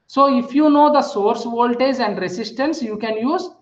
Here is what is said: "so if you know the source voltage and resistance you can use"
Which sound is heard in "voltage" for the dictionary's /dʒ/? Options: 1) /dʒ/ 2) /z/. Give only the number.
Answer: 2